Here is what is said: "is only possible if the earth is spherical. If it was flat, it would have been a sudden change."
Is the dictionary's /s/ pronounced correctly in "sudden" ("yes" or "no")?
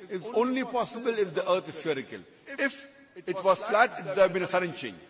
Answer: yes